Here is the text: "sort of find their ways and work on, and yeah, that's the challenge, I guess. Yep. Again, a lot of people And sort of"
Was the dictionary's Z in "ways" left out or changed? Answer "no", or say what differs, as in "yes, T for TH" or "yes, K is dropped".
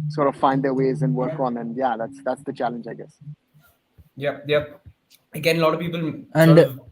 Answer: no